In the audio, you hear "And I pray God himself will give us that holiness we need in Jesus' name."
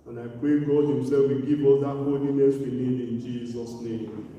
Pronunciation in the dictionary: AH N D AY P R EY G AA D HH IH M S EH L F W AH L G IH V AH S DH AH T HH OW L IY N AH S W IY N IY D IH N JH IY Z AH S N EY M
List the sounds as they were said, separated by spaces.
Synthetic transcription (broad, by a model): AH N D AY P R EY G AA D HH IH M S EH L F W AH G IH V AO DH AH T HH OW N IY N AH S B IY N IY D IH N JH IY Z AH S N EY M